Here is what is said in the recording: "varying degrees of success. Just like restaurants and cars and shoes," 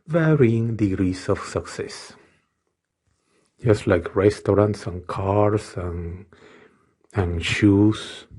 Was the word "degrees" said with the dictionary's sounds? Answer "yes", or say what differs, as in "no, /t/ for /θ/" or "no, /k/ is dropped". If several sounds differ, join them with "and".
no, /s/ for /z/